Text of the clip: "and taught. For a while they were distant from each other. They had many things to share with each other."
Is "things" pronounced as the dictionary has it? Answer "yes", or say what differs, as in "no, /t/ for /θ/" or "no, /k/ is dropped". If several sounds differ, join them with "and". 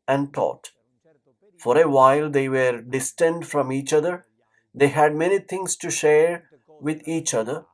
no, /t/ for /θ/ and /s/ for /z/